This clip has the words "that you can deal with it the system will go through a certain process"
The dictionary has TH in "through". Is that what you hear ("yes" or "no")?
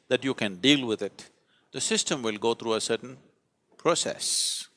no